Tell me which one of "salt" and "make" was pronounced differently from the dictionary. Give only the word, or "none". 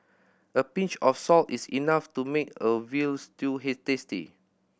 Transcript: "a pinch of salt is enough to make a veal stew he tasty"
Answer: none